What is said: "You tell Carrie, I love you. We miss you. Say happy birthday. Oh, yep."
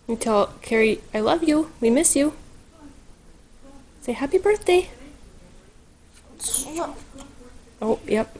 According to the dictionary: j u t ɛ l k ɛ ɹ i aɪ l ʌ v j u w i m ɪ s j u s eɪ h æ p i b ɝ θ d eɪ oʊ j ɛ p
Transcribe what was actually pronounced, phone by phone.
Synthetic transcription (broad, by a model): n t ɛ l k ɛ ɹ i aɪ l ʌ v j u w i m ɪ s j u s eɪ h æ p i b ɝ θ d eɪ oʊ j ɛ p